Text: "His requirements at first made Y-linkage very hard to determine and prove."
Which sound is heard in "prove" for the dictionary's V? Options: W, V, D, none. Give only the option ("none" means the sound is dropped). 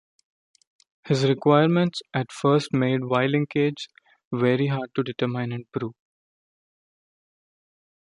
none